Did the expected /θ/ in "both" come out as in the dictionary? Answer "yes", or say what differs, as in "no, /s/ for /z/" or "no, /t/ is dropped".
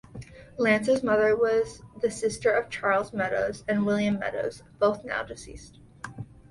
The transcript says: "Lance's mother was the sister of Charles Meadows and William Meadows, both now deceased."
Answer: yes